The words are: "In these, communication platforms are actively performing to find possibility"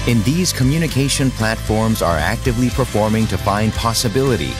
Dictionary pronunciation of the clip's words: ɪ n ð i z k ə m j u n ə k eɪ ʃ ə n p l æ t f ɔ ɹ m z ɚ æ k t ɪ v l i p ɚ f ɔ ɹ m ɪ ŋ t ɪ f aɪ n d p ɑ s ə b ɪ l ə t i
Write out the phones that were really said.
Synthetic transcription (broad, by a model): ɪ n ð i z k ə m j u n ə k eɪ ʃ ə n p l æ t f ɔ ɹ m z ɚ æ k t ɪ v l i p ɚ f ɔ ɹ m ɪ ŋ t ɪ f aɪ n d p ɑ s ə b ɪ l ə t i